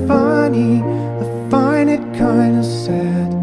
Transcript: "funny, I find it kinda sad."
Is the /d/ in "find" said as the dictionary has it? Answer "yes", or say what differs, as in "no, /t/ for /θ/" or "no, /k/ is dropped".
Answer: no, /d/ is dropped